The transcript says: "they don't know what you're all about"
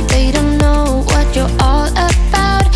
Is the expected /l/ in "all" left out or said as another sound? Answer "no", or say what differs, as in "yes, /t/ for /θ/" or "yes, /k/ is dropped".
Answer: no